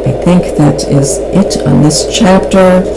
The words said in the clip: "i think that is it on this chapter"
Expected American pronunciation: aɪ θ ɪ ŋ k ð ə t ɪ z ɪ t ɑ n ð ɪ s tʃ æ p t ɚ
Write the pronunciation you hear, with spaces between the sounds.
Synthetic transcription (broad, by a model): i θ ɪ ŋ k ð ə t ɪ z ɪ t n ð ɪ s tʃ æ p t ɚ